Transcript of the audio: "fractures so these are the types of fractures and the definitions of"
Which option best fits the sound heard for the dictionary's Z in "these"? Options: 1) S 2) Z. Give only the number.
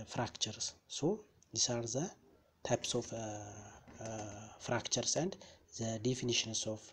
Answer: 1